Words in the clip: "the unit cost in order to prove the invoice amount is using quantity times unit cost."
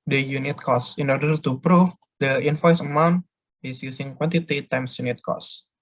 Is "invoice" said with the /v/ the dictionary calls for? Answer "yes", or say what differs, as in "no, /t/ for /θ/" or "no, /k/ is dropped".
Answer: no, /f/ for /v/